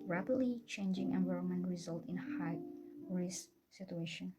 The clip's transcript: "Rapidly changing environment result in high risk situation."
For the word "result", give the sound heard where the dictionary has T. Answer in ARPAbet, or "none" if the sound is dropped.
T